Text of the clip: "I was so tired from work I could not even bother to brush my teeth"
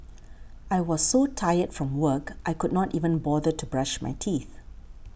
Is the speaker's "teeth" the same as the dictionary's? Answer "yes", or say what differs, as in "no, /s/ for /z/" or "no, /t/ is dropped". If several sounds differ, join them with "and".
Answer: yes